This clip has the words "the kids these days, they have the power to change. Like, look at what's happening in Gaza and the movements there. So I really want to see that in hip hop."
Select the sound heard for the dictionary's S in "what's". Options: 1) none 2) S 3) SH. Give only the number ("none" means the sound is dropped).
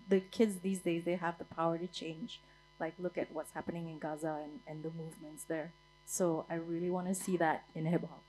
2